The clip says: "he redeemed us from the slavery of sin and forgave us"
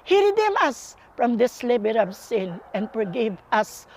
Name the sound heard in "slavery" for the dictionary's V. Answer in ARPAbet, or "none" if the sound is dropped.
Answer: B